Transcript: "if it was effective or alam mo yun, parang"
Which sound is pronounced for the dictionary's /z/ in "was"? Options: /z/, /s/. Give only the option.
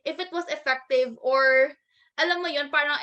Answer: /s/